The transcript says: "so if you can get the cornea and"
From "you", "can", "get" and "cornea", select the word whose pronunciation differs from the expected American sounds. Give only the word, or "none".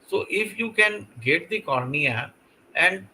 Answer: none